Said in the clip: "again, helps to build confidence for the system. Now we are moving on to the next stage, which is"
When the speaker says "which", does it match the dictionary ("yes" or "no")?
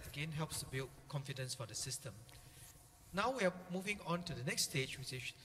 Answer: no